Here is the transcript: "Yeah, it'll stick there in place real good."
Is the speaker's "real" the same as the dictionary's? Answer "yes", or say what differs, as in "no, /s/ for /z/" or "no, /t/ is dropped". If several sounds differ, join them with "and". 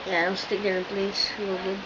no, /w/ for /ɹ/